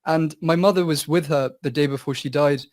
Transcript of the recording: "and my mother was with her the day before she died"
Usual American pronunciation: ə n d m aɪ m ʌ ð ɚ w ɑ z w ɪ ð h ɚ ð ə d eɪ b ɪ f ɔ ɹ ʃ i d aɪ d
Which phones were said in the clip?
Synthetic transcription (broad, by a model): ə n m aɪ m ʌ ð ɚ w ɑ z w ɪ ð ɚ ð ə d eɪ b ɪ f ɔ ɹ ʃ i d aɪ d